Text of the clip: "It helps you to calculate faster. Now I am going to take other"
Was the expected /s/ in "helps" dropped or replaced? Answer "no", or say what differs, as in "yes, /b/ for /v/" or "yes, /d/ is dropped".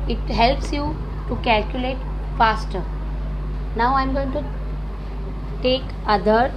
no